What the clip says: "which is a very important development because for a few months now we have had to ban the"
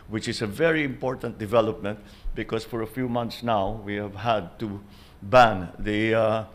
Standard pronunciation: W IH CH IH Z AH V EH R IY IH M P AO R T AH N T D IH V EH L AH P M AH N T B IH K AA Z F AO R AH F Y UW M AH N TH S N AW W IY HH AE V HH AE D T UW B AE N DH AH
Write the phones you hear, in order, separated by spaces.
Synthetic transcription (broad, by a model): W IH CH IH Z AH V EH R IY IH M P AO R T AH N T D IH V EH L AH P M AH N T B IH K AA S F AO R AH F Y UW M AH N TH S N AW W IY HH AE V HH AE D T UW B AE N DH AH